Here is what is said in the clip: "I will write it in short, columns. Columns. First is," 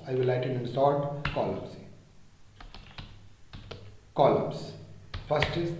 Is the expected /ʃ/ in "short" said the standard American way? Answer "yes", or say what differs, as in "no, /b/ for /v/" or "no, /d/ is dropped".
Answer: no, /s/ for /ʃ/